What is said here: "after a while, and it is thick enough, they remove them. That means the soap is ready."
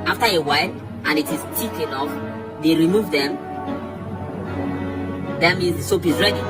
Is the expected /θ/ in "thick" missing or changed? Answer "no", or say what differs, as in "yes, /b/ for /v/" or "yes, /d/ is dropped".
yes, /t/ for /θ/